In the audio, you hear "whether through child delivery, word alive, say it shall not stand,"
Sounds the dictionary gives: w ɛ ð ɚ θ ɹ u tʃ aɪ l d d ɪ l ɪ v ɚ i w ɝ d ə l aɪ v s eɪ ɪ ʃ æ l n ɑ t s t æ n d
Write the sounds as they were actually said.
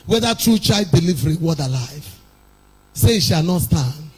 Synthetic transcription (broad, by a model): w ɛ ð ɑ t ɹ u tʃ aɪ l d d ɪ l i v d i w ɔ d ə l aɪ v s eɪ ɪ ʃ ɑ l n ɑ t s t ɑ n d